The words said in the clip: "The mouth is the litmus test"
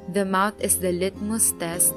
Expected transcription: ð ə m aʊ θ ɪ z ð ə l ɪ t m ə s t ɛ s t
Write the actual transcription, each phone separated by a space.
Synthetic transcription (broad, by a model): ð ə m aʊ t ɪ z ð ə l ɪ t m ə s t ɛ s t